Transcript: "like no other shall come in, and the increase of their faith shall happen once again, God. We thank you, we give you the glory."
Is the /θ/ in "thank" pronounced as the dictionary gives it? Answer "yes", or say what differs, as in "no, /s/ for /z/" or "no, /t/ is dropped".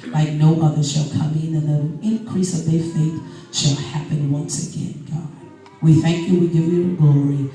yes